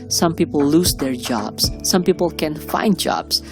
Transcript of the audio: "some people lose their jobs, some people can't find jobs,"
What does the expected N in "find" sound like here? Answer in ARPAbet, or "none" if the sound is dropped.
N